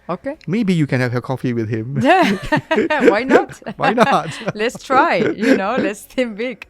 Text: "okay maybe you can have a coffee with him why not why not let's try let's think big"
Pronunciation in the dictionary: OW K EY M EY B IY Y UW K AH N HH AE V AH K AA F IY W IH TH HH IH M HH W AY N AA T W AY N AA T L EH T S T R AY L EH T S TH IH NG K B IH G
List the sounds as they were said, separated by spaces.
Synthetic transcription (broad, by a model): OW K EY M EY B IY Y UW K AH N HH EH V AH K AA F IY W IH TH HH IH M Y W AY N AA T W AY N AA T L EH T S T R AY L EH T S T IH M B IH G